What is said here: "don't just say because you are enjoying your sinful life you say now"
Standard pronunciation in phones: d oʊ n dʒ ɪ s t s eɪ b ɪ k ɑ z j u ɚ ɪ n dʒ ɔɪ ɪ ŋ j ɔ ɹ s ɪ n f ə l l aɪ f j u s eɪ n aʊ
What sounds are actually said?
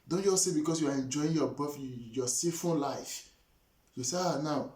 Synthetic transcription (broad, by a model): d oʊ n dʒ ɪ s t s eɪ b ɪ k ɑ s j u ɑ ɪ n dʒ ɔɪ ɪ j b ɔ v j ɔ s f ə n l aɪ f j u s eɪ n aʊ